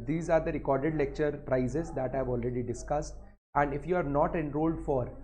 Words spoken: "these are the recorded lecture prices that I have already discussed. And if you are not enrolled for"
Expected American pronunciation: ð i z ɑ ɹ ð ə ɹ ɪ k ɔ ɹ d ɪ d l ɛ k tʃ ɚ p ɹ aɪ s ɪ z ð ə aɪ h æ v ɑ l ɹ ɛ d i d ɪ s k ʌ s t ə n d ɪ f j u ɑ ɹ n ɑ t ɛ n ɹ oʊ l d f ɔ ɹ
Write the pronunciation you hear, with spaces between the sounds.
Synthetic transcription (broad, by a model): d i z ɑ ɹ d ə ɹ ɪ k ɔ ɹ d ɪ d l ɛ k tʃ ɚ p ɹ aɪ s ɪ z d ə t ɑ v ɑ l ɹ ɛ d i d ɪ s k ʌ s t ə n d ɪ f j u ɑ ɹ n ɑ t ɛ n ɹ oʊ l d f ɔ ɹ